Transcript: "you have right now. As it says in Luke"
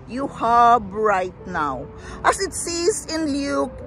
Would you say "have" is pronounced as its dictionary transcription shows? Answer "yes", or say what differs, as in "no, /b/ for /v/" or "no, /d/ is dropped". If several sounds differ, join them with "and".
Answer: no, /b/ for /v/